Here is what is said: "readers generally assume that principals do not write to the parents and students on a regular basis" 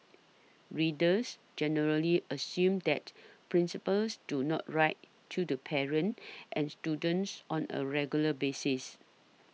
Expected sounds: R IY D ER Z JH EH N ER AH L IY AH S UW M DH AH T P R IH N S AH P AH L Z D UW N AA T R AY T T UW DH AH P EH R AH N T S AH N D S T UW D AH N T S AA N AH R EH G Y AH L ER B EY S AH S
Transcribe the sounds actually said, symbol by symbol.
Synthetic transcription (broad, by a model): R IY D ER S JH EH N ER AH L IY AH S UW M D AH T P R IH N S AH P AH L S D UW N AA T R AY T T UW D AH P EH R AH N T AH N S T UW D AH N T S AA N AH R EH G Y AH L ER B EY S AH S